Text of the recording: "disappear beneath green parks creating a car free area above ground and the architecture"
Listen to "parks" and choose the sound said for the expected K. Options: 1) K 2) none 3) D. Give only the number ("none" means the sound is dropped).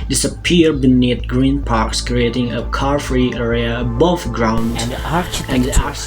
1